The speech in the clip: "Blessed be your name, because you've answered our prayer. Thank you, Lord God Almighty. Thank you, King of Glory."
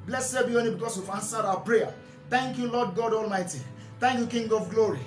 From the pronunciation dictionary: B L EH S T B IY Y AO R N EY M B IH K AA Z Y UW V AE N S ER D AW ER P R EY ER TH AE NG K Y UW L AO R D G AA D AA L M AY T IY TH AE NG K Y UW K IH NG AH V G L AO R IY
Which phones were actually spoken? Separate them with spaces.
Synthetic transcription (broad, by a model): B L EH S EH B IY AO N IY B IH K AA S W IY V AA N S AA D AW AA P R EY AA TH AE NG K Y UW L AO D G AA D AA L M AY T IY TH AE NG K Y UW K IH NG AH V G L AO R IY